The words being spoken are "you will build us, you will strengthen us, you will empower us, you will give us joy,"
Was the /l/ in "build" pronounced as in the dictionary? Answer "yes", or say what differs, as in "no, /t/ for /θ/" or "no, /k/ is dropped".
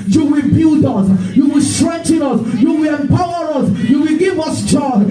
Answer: no, /l/ is dropped